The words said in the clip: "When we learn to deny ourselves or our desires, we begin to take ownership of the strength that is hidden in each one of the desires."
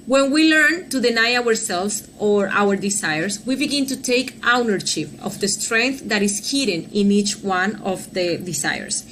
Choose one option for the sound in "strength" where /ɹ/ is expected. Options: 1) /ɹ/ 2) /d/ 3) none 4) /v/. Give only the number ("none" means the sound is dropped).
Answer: 1